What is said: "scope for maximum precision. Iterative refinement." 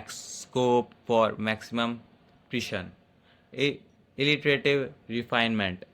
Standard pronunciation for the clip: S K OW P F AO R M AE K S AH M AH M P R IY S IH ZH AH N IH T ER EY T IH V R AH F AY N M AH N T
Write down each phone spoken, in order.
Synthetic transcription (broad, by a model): S K OW P F AO R M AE K S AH M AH M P R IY SH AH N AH L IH T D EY T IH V R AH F AY N M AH N T